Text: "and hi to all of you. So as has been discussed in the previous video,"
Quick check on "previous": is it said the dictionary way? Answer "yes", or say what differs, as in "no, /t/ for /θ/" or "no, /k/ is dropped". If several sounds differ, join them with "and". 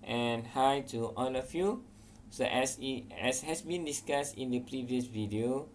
yes